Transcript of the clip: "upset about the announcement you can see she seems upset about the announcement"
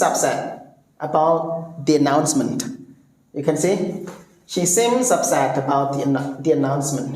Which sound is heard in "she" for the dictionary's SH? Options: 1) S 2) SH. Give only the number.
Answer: 2